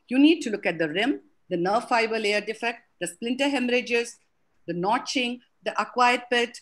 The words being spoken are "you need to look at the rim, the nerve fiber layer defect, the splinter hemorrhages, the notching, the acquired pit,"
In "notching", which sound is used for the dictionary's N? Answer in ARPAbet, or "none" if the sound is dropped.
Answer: N